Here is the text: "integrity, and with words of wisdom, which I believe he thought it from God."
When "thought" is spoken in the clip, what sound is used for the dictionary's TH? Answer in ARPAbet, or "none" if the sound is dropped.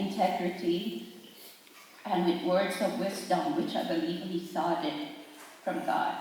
S